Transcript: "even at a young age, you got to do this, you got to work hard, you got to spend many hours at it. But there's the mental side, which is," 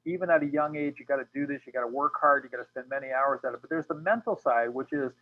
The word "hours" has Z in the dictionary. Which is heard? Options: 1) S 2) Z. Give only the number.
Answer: 2